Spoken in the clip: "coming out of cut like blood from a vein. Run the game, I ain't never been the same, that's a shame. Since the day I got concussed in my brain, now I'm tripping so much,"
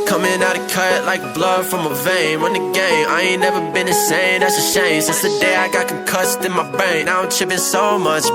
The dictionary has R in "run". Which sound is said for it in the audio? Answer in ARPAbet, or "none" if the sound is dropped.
W